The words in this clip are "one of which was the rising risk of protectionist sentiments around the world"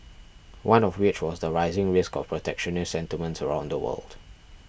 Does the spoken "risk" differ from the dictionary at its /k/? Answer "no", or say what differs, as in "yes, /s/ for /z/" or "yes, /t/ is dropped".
no